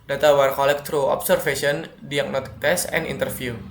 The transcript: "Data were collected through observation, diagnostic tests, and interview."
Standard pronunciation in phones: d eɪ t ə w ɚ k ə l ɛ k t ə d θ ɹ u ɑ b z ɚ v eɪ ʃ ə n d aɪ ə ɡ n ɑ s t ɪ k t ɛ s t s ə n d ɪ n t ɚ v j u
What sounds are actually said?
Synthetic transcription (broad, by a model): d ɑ t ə w ɚ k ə l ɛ k t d ɹ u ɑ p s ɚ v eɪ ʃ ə n d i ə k n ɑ t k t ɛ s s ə n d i n t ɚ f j u